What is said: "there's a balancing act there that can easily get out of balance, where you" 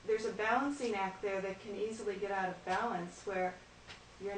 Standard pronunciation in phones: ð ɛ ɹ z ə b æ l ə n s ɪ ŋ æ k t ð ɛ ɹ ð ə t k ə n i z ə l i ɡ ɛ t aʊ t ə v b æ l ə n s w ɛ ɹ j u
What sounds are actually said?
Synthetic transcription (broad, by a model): ð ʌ ɹ z ə b æ l ə n s ɪ ŋ æ k t ð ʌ ɹ ð ə t k ə n i z l i ɡ ɛ t aʊ t ə v b æ l ə n s w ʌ ɹ j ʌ